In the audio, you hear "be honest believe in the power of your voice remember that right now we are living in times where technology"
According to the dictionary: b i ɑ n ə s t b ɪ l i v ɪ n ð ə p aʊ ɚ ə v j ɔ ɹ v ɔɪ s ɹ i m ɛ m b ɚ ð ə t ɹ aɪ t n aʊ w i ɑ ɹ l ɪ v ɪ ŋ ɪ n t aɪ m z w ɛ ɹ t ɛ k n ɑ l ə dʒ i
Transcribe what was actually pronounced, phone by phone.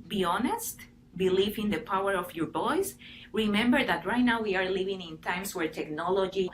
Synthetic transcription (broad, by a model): b i ɑ n ə s t b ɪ l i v ɪ n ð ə p aʊ ɚ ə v j ɔ ɹ b ɔɪ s ɹ i m ɛ m b ɚ ð ə t ɹ aɪ t n aʊ w i ɑ ɹ l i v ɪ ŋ ɪ n t aɪ m s w ɛ ɹ t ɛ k n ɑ l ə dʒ i